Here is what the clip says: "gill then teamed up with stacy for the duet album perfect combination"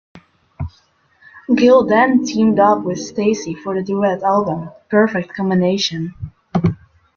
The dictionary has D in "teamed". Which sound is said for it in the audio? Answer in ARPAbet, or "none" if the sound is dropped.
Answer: D